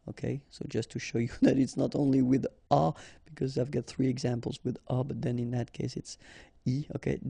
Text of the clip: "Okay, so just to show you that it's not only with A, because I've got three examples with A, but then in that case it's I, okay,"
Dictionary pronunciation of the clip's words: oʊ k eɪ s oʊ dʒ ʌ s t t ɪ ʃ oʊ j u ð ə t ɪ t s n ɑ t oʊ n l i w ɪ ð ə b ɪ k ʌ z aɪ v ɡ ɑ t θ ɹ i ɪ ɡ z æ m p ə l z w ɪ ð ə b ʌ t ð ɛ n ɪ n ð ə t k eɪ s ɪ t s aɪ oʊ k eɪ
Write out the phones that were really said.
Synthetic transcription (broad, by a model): oʊ k eɪ s oʊ dʒ ʌ s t t ɪ ʃ oʊ j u ð ə t ɪ t s n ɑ t oʊ n l i w ɪ ð ə b ɪ k ʌ z aɪ v ɡ ɑ t θ ɹ i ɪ ɡ z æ m p l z w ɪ ð ə b ʌ t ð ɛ n ɪ n ð ə t k eɪ s ɪ t s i oʊ k eɪ